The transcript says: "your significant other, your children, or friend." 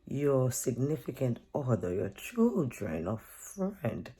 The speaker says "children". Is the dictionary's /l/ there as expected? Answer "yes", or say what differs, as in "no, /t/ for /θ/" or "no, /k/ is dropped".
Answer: yes